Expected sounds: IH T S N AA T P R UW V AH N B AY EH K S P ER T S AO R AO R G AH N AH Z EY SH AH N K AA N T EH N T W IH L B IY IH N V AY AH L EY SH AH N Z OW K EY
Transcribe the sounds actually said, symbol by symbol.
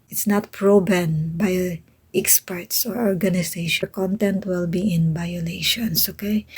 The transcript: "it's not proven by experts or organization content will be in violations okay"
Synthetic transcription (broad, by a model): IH T S N AA T P R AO B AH N B AY EH K S P ER T S AO R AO R G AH N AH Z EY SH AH K AA N T EH N T W IH L B IY IH N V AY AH L EY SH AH N S OW K EY